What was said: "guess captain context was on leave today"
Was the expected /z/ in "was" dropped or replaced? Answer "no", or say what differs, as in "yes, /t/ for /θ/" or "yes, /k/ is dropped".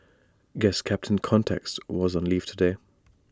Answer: no